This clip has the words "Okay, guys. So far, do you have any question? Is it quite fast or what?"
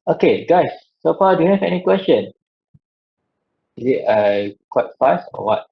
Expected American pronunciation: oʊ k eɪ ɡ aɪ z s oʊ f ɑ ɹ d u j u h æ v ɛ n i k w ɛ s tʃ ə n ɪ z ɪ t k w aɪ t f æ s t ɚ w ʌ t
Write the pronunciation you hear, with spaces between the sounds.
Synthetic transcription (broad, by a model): oʊ k eɪ ɡ aɪ s oʊ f ɑ d u j u h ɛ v ɛ n i k w ɛ s tʃ ə n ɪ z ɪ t k w aɪ t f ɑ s ɔ w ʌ t